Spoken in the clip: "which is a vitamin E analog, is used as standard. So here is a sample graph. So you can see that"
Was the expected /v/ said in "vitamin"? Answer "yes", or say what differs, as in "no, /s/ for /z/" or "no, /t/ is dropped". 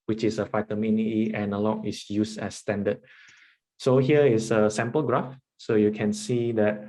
no, /f/ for /v/